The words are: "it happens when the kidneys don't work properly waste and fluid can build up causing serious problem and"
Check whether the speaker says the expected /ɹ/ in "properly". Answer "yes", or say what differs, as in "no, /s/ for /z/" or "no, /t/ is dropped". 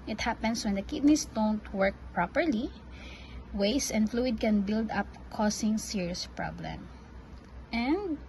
yes